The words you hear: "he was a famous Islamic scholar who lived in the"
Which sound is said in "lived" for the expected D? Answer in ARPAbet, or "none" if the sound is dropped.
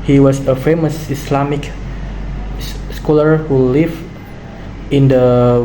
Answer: none